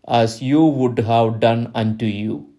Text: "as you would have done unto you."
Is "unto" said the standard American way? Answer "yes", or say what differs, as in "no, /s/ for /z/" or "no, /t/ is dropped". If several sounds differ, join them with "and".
yes